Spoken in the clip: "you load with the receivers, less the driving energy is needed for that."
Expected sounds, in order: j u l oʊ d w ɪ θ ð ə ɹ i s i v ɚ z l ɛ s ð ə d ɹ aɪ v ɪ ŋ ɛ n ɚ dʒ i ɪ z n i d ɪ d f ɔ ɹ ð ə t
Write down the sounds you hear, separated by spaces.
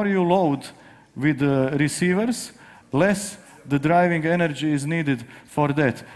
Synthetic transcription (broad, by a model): j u l oʊ d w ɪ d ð ɹ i s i v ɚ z l ɛ s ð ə d ɹ aɪ v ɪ ŋ ɛ n ɚ dʒ i ɪ z n i d ɪ d f ɔ ɹ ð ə t